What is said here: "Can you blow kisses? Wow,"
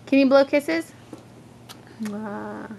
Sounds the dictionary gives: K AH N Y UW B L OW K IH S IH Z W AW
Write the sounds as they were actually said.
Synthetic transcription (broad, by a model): K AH N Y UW B L OW K IH S IH Z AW